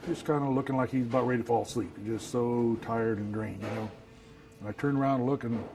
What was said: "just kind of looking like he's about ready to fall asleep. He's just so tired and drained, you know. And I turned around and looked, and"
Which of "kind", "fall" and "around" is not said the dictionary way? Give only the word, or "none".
around